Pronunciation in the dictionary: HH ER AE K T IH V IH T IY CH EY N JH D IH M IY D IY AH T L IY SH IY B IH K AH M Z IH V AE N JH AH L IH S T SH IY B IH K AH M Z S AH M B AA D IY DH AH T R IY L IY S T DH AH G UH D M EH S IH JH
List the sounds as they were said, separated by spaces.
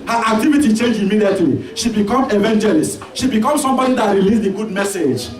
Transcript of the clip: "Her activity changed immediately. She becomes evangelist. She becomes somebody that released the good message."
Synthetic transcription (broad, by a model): HH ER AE K T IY V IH T IY CH EY N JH IH M IY D IY AH T L IY SH IY B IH K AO M IH V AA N JH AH L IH S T SH IY B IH K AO M S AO M B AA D IY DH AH T R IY L IY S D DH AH G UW D M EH S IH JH